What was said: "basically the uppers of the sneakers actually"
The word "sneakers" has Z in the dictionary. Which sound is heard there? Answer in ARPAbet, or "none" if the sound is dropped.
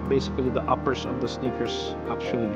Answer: S